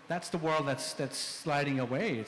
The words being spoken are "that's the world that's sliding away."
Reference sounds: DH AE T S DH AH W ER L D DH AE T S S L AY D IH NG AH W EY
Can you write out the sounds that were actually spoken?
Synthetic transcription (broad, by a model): DH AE T S DH AH W ER L D DH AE T S S L AY D IH NG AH W EY